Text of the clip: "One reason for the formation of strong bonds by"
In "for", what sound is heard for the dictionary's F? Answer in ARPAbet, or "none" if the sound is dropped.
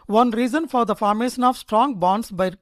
F